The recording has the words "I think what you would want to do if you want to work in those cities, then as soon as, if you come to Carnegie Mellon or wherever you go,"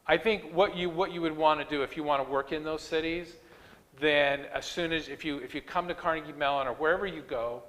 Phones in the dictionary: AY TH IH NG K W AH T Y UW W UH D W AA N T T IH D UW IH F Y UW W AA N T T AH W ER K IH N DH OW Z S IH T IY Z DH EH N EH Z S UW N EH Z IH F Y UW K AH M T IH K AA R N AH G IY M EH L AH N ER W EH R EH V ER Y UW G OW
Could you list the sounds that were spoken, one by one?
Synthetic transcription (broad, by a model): AY TH IH NG K W AH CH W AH W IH D W AA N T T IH D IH IH F Y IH W AA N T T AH W ER K IH N DH OW Z S IH T IY Z DH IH N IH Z S UW N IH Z IH F Y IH K AH M T IH K AA R N AH G IY M EH L AH N ER W EH R EH V ER Y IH G OW